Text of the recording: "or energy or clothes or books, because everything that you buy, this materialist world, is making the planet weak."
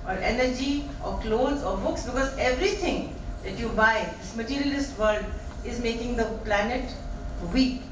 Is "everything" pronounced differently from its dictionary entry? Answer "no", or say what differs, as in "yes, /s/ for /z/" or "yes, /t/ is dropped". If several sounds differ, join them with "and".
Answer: yes, /t/ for /θ/